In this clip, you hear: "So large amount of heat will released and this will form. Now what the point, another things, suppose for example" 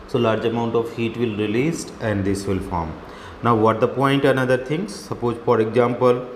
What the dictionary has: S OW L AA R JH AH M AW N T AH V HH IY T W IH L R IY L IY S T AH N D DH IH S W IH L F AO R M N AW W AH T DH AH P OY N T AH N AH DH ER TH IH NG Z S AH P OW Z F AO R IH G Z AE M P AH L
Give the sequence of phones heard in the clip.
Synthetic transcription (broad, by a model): S OW L AA R JH AH M AW N T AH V HH IY T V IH L R IY L IY S T AH N D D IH S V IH L F AO R M N AW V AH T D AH P OY N T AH N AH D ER T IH NG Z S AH P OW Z F AO R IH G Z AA M P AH L